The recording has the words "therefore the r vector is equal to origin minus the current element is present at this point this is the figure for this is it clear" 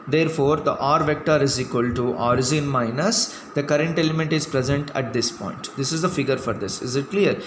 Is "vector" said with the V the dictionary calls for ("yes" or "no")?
yes